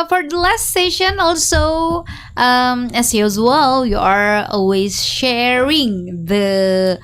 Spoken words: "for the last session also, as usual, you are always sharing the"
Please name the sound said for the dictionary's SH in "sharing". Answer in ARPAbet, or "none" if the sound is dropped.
SH